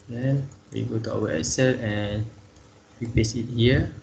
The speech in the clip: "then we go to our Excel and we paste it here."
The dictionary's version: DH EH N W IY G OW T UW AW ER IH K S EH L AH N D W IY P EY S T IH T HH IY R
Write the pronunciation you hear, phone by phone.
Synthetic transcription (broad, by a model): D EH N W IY G OW T UW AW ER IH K S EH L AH N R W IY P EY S IH T HH IY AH